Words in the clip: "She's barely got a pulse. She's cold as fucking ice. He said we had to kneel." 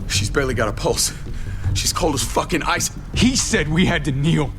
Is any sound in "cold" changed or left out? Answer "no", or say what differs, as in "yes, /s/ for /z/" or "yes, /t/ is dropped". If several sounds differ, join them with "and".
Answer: no